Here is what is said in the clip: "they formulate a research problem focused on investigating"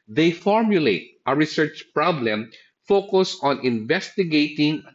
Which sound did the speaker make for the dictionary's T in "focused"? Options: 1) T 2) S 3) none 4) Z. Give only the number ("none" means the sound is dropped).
3